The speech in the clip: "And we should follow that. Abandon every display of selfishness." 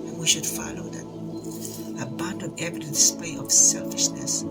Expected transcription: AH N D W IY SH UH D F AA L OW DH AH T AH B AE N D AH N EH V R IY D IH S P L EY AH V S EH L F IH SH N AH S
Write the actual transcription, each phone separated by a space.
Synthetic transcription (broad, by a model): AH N W IY SH UH D F AA L OW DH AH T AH B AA N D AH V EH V IY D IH S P EY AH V S EH L F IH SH N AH S